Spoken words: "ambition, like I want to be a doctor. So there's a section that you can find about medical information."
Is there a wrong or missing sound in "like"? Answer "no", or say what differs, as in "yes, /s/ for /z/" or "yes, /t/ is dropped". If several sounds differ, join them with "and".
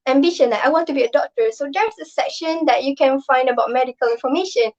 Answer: yes, /k/ is dropped